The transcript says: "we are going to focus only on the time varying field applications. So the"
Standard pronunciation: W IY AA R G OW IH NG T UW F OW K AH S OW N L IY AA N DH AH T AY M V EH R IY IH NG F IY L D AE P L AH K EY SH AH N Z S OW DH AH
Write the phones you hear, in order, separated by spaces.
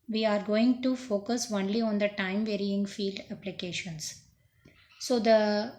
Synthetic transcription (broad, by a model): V IY AA R G OW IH NG T UW F OW K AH S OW N L IY AA N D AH T AY M V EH R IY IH NG F IY L D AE P L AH K EY SH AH N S S OW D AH